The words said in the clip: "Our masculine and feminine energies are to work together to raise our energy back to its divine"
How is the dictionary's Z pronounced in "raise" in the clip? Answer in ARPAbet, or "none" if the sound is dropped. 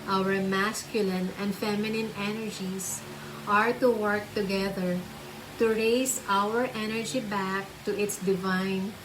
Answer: S